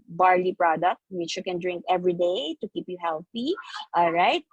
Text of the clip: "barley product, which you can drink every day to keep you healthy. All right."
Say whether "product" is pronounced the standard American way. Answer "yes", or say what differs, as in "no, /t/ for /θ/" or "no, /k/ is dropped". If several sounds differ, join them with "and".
yes